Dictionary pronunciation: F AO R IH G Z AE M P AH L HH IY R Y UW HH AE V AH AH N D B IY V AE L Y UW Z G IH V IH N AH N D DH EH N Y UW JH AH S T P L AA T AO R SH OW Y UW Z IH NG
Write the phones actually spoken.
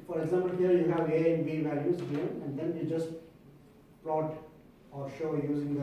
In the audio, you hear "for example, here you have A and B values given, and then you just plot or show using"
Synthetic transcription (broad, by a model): F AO R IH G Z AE M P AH L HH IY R Y UW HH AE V AH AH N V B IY V AE L Y UW Z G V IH AH N D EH N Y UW JH AH S T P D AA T AO R SH OW Y UW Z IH NG